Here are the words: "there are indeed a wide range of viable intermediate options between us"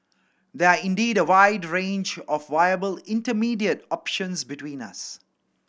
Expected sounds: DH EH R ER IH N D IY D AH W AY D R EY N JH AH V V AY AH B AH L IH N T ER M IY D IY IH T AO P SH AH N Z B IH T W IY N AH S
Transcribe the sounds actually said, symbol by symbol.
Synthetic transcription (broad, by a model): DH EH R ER IH N D IY D AH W AY D R EY N JH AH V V AY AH B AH L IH N T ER M IY D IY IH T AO P SH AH N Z B IH T W IY N AH S